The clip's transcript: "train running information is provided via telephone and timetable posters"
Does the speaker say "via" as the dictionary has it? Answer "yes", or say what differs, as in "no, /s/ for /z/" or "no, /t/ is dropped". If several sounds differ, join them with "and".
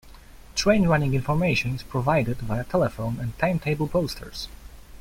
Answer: no, /b/ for /v/